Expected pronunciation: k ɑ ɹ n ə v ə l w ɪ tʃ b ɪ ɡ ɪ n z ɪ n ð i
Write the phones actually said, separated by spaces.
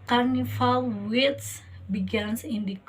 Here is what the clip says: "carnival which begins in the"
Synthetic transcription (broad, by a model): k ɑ ɹ n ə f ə l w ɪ s b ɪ ɡ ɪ n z ɪ n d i